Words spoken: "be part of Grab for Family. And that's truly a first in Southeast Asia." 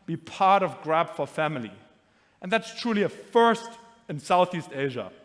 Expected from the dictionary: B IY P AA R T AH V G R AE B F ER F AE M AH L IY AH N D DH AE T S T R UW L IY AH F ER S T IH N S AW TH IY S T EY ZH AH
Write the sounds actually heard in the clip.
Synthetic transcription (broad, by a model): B IY P AA R T AH V G R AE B F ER F AE M AH L IY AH N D DH AE T S T R UW L IY AH F ER S T IH N S AW TH IY S T EY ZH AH